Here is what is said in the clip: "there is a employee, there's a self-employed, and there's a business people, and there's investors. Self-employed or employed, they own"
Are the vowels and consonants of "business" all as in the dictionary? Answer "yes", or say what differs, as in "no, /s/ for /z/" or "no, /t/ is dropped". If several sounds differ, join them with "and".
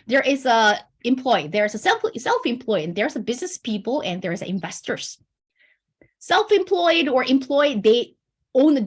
yes